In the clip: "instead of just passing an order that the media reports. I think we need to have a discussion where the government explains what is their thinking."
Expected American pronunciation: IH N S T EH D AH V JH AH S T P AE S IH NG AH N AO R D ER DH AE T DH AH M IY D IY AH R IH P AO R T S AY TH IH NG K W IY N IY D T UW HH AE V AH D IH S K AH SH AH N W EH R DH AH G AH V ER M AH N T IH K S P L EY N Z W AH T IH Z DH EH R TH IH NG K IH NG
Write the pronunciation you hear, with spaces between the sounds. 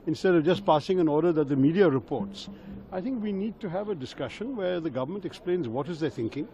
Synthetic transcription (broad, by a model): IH N S T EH D AH V JH AH S T P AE S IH NG AH N AO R D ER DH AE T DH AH M IY D IY AH R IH P AO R T S AY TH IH NG K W IY N IY D T UW HH AE V AH D IH S K AH SH AH N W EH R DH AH G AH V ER M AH N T IH K S P L EY N Z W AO T IH Z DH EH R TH IH NG K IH NG